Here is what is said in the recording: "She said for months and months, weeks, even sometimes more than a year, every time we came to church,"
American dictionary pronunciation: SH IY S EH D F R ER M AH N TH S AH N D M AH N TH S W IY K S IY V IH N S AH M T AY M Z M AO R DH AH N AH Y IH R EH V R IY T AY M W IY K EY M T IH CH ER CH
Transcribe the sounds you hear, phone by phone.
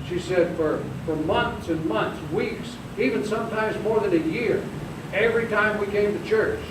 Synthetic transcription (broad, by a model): SH IY S EH D F R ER M AH N TH S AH N M AH N TH S W IY K S IY V IH N S AH M T AY M Z M AO R DH AH N AH Y IH R EH V R IY T AY M W IY K EY M T IH CH ER CH